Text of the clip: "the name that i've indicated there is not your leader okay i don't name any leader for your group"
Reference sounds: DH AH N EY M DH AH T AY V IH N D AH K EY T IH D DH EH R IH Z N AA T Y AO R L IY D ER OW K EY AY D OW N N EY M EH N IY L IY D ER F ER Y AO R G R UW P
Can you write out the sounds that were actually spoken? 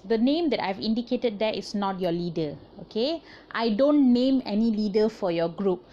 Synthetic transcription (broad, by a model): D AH N EY M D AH T AY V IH N D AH K EY T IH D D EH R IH S N AA T Y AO L IY D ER OW K EY AY D OW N N EY M EH N IY L IY D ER F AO Y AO G R UW P